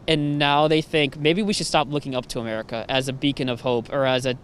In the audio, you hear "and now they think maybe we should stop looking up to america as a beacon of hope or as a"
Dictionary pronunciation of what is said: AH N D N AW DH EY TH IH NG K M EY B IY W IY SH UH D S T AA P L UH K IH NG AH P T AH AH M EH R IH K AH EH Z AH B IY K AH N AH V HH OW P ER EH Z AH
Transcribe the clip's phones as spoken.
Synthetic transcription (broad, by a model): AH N N AW DH EY TH IH NG K M EY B IY W IY SH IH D S T AA P L UH K IH NG AH P T AH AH M EH R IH K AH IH Z AH B IY K AH N AH V HH OW P ER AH Z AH